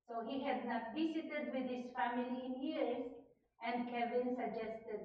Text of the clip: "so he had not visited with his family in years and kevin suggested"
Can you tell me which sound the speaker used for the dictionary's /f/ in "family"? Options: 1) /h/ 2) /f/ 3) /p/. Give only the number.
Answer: 2